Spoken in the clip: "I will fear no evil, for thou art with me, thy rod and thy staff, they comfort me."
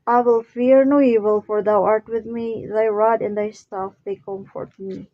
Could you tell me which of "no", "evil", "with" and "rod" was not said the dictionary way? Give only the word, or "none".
none